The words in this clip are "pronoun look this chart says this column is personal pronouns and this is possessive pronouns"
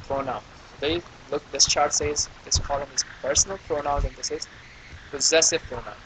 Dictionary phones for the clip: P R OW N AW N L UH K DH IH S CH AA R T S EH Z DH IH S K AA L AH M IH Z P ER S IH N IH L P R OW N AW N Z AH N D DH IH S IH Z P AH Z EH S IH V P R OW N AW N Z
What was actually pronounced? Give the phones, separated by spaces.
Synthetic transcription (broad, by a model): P R OW N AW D L UH K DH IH S CH AA R T S EH Z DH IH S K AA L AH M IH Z P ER S N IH L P R OW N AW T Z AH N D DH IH S IH Z P AH Z EH S IH V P R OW N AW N